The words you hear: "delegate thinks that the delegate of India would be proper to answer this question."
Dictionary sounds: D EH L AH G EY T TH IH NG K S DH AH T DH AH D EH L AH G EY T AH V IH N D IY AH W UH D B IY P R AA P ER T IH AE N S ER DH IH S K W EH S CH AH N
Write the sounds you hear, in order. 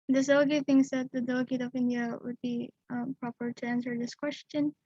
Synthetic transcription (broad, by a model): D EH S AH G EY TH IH NG S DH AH T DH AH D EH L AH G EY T AH V IH N D IY AH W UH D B IY P R AA P ER T IH AE N S ER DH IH S K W EH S CH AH N